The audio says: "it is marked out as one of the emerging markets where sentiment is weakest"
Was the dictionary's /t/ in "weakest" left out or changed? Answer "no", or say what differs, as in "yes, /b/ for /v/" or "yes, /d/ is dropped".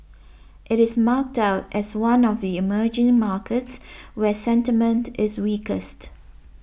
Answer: no